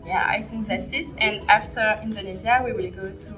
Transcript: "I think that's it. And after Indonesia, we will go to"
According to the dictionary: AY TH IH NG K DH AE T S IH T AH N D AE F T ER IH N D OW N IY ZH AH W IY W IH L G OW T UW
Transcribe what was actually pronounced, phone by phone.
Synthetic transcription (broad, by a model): AY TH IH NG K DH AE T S IH T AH N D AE F T ER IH N D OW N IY Z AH W IY W IH L G OW T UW